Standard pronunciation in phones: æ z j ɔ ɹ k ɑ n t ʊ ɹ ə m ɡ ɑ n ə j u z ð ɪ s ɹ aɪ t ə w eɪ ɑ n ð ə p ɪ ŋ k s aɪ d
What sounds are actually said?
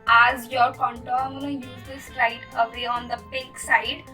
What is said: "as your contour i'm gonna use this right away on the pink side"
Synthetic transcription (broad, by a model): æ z j ɔ ɹ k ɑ n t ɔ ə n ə j u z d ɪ s ɹ aɪ t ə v eɪ ɑ n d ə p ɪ k s aɪ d